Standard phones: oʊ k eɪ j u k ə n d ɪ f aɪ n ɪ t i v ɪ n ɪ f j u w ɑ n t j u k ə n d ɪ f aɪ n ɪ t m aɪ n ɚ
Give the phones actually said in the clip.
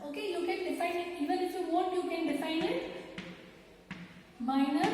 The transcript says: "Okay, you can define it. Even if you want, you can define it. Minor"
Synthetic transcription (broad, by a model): oʊ k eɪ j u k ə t d ɪ f aɪ n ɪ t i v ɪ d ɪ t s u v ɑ t j u k ə n d ɪ f aɪ n ɪ t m aɪ n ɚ